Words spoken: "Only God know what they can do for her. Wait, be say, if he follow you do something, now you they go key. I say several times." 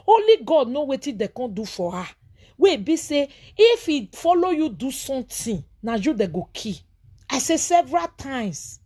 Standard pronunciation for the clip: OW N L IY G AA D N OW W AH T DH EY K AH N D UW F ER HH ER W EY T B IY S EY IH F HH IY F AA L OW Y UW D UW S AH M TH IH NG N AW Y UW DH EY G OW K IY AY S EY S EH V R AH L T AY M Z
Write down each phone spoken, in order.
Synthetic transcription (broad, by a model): OW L IY G AA D N OW W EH T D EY K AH D UW F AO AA W EY B IY S EY IH F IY F AA L OW Y UW D UW S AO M T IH N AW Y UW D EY G OW K IY AY S EY S EH V R AH L T AY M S